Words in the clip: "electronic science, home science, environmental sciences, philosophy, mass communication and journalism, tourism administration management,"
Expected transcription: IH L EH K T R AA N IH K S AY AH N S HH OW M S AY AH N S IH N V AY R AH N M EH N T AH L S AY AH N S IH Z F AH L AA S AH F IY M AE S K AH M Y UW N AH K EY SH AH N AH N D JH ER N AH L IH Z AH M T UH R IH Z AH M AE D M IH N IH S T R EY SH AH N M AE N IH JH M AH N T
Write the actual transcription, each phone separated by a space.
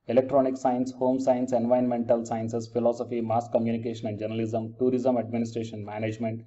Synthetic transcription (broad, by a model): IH L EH K T R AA N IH K S AY AH N S HH OW M S AY AH N S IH N V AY AH N M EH N T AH L S AY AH N S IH S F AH L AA S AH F IY M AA S K AH M Y UW N AH K EY SH AH N AH N D JH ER N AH L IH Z AH M T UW R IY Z AH M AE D M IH N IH S T R EY SH AH N M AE N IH JH M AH N T